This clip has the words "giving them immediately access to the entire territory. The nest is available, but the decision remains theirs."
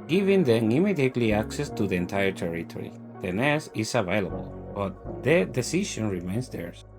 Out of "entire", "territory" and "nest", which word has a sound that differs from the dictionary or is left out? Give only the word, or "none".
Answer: nest